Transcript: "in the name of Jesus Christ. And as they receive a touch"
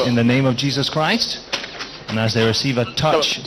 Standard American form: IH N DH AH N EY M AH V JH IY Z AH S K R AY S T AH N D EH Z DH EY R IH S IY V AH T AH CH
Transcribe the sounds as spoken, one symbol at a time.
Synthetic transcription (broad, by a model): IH N DH AH N EY M AH V JH IY Z AH S K R AY S T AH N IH Z DH EY R IH S IY V AH T AH CH